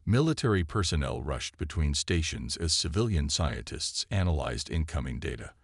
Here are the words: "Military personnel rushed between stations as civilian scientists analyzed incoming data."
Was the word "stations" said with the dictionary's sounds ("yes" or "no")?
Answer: yes